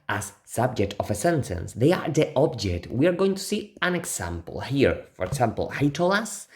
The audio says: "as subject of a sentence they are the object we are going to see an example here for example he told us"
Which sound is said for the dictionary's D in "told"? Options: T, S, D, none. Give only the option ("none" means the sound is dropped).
none